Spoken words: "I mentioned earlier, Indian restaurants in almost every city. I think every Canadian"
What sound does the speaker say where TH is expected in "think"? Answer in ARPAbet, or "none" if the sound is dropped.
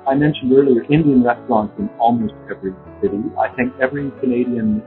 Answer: TH